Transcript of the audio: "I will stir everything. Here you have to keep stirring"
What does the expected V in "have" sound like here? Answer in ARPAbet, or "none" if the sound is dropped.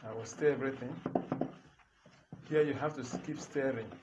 F